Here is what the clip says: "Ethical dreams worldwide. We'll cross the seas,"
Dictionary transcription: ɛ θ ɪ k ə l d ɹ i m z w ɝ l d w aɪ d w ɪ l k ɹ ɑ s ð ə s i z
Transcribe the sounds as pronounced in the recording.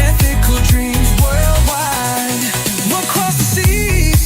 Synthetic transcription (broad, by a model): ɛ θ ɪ k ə l d ɹ i m z w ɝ l d w aɪ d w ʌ k ɹ ɑ s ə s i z